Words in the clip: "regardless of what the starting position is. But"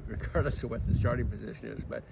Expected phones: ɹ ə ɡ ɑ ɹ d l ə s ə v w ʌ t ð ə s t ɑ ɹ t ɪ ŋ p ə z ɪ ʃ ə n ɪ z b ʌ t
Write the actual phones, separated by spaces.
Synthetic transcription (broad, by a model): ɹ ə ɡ ɑ ɹ d l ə s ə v w ʌ t ð ə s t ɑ ɹ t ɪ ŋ p ə z ɪ ʃ ə n ɪ z b ʌ t